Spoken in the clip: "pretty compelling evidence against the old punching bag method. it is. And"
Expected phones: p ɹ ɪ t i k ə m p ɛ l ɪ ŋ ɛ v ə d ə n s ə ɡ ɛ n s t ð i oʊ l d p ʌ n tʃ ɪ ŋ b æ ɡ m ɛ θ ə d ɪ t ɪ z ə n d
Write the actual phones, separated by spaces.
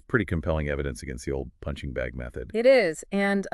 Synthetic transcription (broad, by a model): p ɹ ɪ t i k ə m p ɛ l ɪ ŋ ɛ v ə d ə n s ə ɡ ɛ n s t ð i oʊ l d p ʌ n tʃ ɪ ŋ b æ ɡ m ɛ θ ə d ɪ t ɪ z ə n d